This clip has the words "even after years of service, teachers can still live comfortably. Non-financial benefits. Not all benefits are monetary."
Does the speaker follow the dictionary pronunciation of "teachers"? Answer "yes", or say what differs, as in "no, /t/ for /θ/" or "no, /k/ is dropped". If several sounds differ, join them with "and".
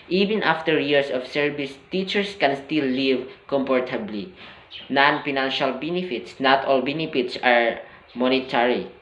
no, /s/ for /z/